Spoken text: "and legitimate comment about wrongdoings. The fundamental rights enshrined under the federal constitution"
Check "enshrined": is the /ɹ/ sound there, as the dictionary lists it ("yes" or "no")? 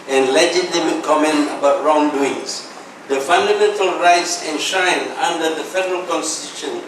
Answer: no